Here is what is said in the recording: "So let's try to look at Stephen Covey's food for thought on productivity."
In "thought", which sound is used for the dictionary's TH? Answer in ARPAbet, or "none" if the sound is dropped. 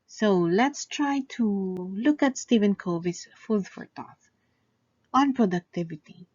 T